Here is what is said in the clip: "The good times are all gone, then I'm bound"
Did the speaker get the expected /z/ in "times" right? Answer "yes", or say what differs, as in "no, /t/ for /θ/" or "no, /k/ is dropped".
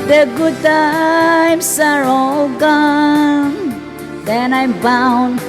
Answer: no, /s/ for /z/